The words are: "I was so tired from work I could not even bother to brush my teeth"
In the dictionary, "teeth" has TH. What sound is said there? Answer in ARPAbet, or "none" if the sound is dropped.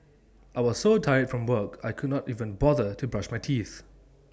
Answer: TH